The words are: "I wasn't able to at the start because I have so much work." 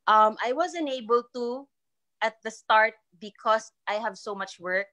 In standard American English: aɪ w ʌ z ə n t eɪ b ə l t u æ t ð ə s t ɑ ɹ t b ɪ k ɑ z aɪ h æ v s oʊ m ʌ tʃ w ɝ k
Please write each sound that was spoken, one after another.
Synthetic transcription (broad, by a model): aɪ w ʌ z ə n eɪ b ə l t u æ t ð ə s t ɑ ɹ t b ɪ k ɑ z aɪ h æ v s oʊ m ʌ tʃ w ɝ k